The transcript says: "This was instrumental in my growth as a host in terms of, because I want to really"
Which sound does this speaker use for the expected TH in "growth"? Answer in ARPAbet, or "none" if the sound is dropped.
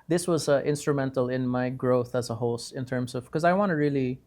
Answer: TH